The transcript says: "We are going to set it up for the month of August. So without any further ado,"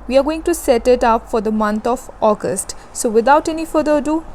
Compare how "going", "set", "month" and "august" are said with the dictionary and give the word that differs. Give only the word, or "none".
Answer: month